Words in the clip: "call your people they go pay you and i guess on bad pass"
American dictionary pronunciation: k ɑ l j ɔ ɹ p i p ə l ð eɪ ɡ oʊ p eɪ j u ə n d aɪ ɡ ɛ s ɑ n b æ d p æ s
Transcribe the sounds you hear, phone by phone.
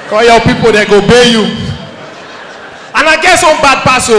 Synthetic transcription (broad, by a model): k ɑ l j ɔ p i p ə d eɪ ɡ oʊ b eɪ j u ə n aɪ ɡ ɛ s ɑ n b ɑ d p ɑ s